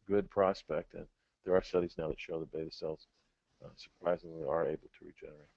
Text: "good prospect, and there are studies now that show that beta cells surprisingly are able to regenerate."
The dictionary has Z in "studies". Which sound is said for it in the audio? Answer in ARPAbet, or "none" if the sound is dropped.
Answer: Z